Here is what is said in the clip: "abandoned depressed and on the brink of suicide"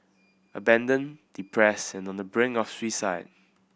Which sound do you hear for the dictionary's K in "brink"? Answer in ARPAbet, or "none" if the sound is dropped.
none